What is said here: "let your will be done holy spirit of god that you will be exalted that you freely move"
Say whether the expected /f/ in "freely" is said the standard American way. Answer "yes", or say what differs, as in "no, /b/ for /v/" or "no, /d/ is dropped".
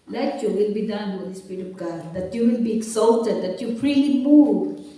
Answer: no, /p/ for /f/